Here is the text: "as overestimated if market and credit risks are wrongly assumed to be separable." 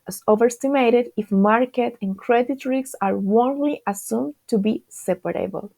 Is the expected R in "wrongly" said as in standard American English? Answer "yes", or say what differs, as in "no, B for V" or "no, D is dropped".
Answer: no, W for R